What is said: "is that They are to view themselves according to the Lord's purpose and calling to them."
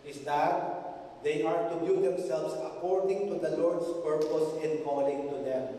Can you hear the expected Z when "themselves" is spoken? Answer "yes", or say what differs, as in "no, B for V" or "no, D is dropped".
no, S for Z